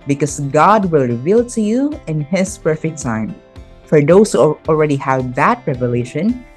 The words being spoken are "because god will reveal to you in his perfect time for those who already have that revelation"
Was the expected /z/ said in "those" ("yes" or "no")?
no